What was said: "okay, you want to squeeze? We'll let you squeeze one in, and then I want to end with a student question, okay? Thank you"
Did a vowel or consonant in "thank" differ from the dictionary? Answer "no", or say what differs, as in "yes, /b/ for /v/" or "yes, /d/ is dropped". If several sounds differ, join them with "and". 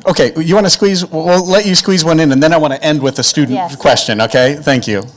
no